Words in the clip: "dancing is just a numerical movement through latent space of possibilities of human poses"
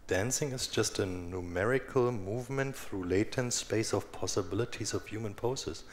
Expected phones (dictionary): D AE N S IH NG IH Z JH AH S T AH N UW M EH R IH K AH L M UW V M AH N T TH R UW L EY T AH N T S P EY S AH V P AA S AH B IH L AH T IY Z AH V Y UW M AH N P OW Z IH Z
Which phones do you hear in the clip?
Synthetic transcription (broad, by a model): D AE N S IH NG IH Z JH AH S T AH N UW M EH R IH K AH L M UW V M AH N T TH R UW L EY T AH N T S P EY S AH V P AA S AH B IH L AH T IY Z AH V Y UW M AH N P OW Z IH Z